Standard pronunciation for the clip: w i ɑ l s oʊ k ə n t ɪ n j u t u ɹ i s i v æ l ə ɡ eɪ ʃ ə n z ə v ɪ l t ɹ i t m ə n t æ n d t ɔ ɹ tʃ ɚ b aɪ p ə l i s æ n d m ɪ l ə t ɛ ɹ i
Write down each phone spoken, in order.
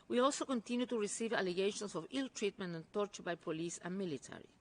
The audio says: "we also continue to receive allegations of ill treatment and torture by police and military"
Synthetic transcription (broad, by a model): w i ɑ l s oʊ k ə n t ɪ n j u t u ɹ i s i v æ l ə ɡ eɪ ʃ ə n s ə v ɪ l t ɹ i t m ə n t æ n t ɔ ɹ tʃ ɚ b aɪ p ə l i s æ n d m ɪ l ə t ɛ ɹ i